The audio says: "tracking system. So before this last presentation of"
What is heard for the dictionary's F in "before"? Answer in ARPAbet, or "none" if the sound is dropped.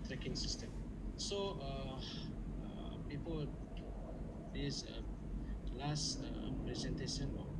P